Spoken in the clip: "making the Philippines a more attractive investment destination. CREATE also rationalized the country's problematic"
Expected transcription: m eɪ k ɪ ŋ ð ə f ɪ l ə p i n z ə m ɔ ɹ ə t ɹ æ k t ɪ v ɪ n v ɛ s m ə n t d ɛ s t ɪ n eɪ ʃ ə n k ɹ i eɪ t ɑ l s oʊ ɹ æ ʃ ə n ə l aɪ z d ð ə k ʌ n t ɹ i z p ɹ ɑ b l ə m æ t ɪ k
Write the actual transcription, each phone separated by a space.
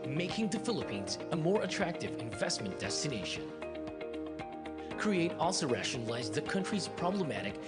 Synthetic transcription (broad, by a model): m eɪ k ɪ ŋ ð ə f ɪ l ə p i n z ə m ɔ ɹ ə t ɹ æ k t ɪ v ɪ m v ɛ s m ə n d ɛ s t ɪ n eɪ ʃ ə n k ɹ i eɪ t ɑ l s oʊ ɹ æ ʃ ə n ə l aɪ z ð ə k ʌ n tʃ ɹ i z p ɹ ɑ b l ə m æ t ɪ k